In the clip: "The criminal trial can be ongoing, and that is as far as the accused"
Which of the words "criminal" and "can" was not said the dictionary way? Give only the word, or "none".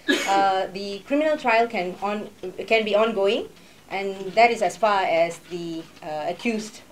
none